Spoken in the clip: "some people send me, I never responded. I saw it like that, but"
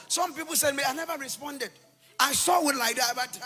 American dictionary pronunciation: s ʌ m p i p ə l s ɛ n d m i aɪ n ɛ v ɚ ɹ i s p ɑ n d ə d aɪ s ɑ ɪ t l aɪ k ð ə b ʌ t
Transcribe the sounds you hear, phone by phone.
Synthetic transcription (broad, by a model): s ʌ m p i p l s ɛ d m i aɪ n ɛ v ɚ ɹ i s p ɑ n d ə d aɪ s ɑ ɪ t l aɪ k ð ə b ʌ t